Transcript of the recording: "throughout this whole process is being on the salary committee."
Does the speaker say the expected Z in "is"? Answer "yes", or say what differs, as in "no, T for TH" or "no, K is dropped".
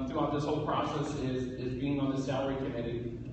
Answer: yes